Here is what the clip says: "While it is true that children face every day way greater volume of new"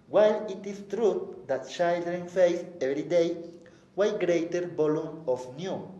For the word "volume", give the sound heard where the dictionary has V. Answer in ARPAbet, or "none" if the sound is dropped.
B